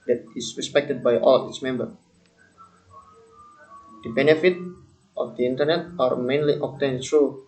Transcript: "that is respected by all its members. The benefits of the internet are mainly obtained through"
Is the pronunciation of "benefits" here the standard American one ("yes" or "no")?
no